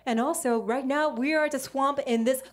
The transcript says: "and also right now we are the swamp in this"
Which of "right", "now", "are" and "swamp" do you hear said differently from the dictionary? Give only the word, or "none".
none